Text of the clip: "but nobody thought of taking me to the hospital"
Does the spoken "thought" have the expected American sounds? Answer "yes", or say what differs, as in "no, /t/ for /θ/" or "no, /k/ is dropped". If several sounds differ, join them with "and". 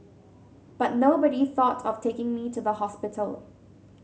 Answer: yes